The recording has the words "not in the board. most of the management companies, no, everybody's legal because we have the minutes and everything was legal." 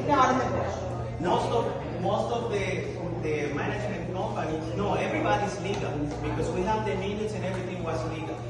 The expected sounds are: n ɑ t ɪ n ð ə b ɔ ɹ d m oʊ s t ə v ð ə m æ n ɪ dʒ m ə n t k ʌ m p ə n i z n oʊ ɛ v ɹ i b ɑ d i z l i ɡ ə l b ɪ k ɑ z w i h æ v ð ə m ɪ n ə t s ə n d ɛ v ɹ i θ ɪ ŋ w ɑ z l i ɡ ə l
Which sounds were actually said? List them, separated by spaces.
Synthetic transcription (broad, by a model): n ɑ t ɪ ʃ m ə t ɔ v m oʊ s t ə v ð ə m æ n ɪ dʒ m ə n t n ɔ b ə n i n oʊ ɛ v ɹ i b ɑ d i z l i ɡ ə l b ɪ k ɑ z w i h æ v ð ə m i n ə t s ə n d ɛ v ɹ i t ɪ ŋ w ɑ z l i ɡ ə l